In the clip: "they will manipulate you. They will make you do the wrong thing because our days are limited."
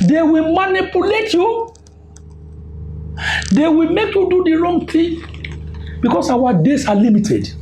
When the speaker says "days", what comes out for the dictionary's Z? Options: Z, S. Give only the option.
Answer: S